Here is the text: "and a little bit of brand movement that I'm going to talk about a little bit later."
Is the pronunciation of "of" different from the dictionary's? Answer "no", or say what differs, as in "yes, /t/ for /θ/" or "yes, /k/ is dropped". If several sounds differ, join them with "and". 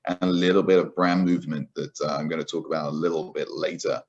no